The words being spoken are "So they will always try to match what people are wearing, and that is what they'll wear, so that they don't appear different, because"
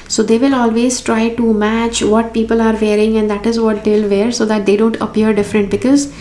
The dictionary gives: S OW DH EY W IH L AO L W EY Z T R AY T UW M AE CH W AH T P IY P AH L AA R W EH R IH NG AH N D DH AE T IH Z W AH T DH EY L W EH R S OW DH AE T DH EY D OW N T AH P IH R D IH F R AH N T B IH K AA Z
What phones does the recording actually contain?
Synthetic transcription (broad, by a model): S OW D EY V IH L AO L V EY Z T R AY T UW M AE CH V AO T P IY P AH L AA R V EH R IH NG AH N D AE T IH Z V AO T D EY L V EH R S OW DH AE T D EY D OW N T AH P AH R D IH F R AH N T B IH K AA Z